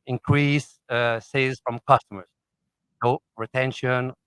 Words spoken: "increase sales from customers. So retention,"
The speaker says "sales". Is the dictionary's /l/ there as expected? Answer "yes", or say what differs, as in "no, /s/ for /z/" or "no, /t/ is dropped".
no, /l/ is dropped